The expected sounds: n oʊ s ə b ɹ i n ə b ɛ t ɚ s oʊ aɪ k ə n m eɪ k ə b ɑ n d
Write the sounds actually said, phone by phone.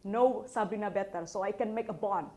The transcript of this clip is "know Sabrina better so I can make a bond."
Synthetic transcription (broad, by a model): n oʊ s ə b i n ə b ɛ t ɚ s oʊ aɪ k ə n m eɪ k ə b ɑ n